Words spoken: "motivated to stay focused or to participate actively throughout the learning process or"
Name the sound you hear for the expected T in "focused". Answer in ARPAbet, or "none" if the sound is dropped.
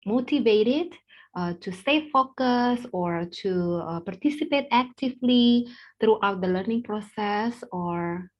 none